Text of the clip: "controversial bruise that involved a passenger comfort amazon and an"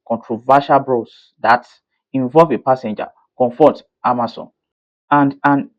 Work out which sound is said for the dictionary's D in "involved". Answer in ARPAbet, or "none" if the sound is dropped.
none